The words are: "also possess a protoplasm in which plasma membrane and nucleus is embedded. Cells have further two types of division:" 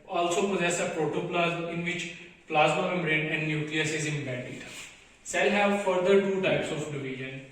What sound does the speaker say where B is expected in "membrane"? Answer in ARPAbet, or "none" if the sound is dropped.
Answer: none